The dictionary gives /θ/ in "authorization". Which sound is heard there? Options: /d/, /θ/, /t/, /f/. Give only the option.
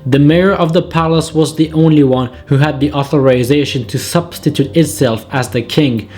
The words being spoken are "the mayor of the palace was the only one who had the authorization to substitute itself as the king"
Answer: /θ/